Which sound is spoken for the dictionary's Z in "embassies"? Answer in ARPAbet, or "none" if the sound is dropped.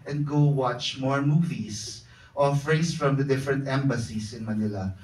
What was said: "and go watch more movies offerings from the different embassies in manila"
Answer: S